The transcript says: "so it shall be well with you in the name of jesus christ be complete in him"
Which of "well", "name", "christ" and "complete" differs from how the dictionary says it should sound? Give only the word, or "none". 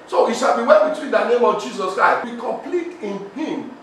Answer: well